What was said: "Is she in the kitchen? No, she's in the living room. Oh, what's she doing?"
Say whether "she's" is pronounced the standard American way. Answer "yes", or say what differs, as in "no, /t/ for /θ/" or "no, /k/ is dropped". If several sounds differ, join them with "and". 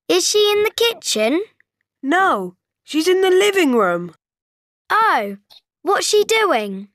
yes